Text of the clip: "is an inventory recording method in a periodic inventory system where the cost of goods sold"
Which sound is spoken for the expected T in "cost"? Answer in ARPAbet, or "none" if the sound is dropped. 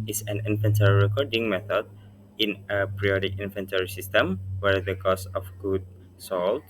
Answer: none